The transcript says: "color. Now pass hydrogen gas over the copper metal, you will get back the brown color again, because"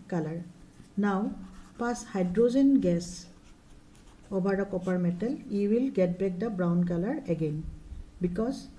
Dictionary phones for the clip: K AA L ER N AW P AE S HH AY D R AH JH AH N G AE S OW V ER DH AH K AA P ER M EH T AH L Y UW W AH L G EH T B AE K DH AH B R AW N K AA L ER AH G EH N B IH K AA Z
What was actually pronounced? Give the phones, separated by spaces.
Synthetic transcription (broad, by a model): K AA L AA N AW P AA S HH AY D R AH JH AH N G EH S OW B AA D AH K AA P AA M EH T AH L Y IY W AH L G EH T B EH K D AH B R AW N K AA L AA AH G EH N B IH K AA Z